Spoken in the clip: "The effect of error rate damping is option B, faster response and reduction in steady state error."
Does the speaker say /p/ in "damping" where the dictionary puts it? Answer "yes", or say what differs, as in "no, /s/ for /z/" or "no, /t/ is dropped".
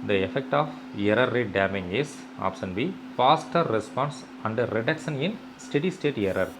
no, /p/ is dropped